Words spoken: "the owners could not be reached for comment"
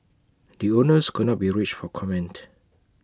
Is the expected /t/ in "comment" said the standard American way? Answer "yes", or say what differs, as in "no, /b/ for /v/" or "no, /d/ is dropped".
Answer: yes